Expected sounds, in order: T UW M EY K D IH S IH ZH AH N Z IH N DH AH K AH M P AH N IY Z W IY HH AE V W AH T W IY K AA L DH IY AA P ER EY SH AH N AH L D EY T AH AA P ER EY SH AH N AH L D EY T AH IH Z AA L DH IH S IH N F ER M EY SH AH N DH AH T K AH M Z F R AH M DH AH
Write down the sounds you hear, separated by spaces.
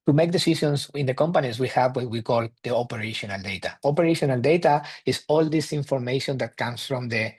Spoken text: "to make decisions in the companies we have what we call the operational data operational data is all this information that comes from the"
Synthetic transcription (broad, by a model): T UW M EY K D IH S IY SH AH N S IH N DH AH K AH M P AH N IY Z W IY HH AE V W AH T W IY K AA L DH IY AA P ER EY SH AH N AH L D EY T AH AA P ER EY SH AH N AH L D EY T AH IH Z AA L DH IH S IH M F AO M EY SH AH N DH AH T K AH M S F R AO M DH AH